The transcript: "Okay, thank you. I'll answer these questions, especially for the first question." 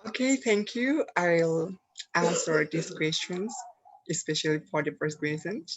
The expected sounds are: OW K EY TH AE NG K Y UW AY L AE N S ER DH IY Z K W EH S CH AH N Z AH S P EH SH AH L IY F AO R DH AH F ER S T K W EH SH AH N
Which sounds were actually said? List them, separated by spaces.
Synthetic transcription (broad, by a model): OW K EY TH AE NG K Y UW AY L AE S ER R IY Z K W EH S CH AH N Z AH S P EH SH AH L IY F AO R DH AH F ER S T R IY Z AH N